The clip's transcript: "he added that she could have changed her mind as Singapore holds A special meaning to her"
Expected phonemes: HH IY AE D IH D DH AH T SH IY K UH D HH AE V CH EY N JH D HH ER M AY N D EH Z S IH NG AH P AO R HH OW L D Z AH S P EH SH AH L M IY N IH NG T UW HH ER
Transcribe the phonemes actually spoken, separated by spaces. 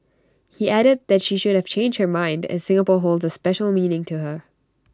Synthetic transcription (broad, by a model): HH IY AE D IH D DH AH T SH IY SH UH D HH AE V CH EY N JH D HH ER M AY N D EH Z S IH NG AH P AO R HH OW L D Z AH S P EH SH AH L M IY N IH NG T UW HH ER